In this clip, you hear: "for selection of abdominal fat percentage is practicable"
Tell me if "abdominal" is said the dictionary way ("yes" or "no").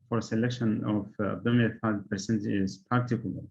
no